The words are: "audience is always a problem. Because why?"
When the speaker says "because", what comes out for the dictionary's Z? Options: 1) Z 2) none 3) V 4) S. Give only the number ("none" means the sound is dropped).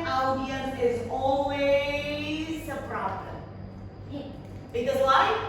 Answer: 2